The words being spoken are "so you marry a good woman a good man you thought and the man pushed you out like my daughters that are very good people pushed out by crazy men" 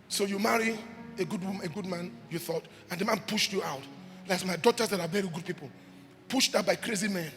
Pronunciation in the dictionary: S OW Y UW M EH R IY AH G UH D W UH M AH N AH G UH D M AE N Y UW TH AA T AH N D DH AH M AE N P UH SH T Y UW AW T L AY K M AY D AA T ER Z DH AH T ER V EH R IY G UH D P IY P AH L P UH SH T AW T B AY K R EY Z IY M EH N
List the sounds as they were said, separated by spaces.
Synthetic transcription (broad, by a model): S OW Y UW M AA R IY AH G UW D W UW M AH G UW D M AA N Y UW TH AA T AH N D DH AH M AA N P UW SH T Y UW AW T L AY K M AY D AA T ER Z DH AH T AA V EH R IY G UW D P IY P AH L P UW SH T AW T B AY K R EY Z IY M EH N